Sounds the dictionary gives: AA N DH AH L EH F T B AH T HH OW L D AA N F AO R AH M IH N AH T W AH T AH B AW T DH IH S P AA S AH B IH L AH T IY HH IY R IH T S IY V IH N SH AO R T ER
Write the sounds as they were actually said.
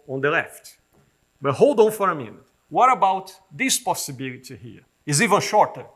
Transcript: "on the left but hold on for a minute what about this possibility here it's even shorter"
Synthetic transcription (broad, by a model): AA N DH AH L EH F T B AH T HH OW L D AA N F AO R AH M IH N AH T W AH T AH B AW T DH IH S P AA S AH B IH L AH T IY HH IY R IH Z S IY V IH N SH AO R T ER